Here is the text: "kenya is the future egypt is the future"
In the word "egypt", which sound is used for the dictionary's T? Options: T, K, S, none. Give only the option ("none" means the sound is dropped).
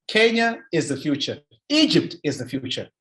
T